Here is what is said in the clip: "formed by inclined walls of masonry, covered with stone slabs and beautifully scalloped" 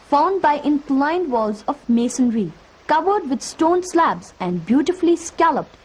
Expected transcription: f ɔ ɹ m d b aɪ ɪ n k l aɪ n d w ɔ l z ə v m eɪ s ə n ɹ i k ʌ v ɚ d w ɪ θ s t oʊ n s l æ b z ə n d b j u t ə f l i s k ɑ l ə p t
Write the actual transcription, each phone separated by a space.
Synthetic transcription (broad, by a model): f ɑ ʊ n d b aɪ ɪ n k l aɪ n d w ɔ l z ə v m eɪ s ə n ɹ i k ʌ v ɚ d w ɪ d s t oʊ n s l æ b z ə n d b j u t ə f l i s k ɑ l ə p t